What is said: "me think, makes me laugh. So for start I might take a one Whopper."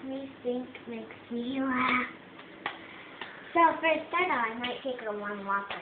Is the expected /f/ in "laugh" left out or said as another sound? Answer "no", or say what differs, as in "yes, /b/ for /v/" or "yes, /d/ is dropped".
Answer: yes, /p/ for /f/